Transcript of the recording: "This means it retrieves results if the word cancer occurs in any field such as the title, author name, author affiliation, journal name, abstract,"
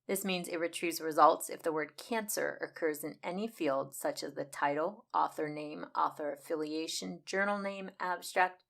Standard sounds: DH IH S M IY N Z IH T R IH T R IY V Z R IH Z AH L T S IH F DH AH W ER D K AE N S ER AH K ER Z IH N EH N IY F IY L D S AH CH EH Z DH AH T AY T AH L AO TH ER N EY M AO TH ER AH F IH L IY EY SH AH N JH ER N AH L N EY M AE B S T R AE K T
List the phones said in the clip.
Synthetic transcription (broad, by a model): DH IH S M IY N Z IH T R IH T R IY Z R IH Z AH L T S IH F DH AH W ER D K AE N S ER AH K ER Z IH N EH N IY F IY L D S AH CH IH Z DH AH T AY T L AO TH ER N EY M AO TH ER AH F IH L IY EY SH AH N JH ER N L N EY M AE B S T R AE K T